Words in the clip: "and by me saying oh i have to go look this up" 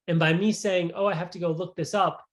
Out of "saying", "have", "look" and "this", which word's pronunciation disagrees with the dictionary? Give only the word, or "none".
have